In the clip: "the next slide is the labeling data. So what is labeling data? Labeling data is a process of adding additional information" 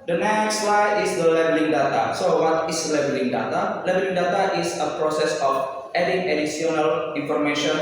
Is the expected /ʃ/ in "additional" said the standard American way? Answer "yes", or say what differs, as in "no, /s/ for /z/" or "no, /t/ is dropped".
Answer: no, /s/ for /ʃ/